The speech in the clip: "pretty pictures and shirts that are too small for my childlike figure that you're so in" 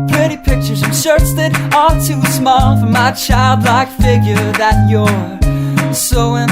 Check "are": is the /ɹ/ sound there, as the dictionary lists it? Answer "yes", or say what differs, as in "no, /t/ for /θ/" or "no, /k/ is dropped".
no, /l/ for /ɹ/